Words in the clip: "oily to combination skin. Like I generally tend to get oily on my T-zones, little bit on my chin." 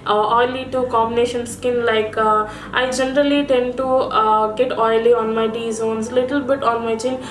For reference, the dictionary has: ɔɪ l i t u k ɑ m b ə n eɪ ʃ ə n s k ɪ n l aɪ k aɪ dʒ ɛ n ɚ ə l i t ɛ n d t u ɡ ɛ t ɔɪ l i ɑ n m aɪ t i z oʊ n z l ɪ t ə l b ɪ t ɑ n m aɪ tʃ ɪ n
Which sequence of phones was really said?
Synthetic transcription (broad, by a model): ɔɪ l i t u k ɑ m b ə n eɪ ʃ ə n s k ɪ n l aɪ k aɪ dʒ ɛ n ɚ ə l i t ɛ n d t u ɡ ɛ t ɔɪ l i ɑ n m aɪ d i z oʊ n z l ɪ t ə l b ɪ t ɑ n m aɪ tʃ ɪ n